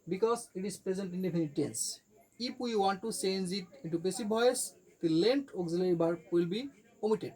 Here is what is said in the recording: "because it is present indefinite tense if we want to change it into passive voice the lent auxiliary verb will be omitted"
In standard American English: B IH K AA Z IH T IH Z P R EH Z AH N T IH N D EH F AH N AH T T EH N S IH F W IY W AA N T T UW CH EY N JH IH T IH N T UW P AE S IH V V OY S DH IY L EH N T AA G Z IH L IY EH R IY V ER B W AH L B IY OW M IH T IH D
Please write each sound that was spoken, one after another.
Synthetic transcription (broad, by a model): B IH K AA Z IH T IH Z P R EH Z AH N T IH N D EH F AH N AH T T EH N S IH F W IY W AA N T T UW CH EY N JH IH T IH N T UW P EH S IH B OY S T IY L EH N T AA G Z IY L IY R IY B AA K W AH L B IY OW M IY T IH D